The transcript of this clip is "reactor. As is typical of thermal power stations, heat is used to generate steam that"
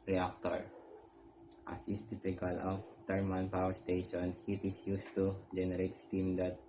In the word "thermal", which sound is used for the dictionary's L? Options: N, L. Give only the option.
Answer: N